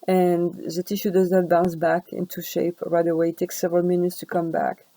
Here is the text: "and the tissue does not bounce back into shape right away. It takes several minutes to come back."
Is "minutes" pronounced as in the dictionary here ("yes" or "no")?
yes